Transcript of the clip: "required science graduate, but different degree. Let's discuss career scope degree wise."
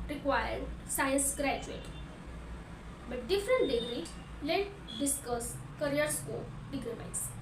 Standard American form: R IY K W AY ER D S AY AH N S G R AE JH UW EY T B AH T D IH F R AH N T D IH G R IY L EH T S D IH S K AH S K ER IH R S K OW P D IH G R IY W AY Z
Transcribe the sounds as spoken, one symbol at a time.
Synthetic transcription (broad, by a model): R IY K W AY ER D S AY AH N S G R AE JH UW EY T B AH T D IH F R AH N T D IH G R IY L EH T D IH S K AH S K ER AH R S K OW P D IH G R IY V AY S